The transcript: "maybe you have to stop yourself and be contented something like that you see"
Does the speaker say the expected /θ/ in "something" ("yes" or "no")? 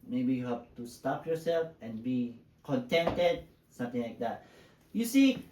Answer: no